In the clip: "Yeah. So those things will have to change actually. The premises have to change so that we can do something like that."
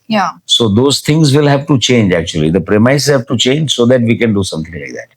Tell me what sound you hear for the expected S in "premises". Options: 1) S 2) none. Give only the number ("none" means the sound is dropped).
2